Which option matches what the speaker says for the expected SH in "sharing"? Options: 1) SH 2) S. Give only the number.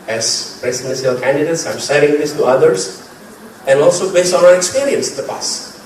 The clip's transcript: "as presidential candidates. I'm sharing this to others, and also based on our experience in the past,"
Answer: 2